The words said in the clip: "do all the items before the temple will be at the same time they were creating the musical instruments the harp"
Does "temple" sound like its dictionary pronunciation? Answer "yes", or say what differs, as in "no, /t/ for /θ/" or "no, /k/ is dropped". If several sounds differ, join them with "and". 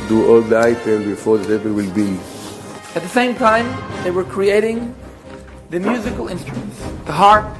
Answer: no, /m/ is dropped